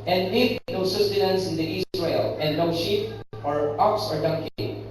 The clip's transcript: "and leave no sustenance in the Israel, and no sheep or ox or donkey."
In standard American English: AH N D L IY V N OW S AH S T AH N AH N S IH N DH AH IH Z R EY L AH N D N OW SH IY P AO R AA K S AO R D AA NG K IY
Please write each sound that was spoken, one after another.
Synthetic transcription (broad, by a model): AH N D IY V N OW S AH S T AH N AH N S IH N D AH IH S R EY L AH N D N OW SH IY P AO R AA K S AO R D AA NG K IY